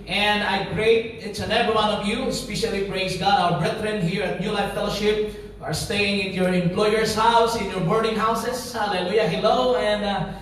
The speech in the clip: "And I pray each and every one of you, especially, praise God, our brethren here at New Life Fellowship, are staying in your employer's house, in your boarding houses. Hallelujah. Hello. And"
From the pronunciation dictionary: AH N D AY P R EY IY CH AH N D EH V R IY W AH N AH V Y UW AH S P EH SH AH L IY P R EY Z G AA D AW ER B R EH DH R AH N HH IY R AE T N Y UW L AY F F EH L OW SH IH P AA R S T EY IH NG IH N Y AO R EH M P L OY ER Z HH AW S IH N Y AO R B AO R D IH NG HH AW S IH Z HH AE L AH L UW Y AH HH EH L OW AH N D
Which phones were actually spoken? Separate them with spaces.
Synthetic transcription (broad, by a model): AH N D AY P R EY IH S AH N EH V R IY W AH N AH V Y UW S P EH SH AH L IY P R EY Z G AA D AW ER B R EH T R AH N HH IY R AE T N Y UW L AY F F EH L OW SH IH P AA R S T EY IH NG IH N Y AO R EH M P L OY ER S HH AW S IH N Y AO R B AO R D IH NG HH AW S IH S HH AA L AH L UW Y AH HH EH L OW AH N D